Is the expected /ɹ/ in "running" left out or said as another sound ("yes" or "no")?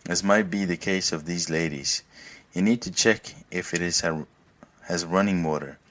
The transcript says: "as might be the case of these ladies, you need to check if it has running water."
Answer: no